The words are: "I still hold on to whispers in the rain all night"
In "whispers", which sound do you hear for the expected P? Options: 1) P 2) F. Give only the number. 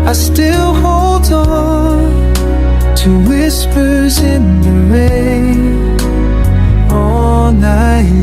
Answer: 1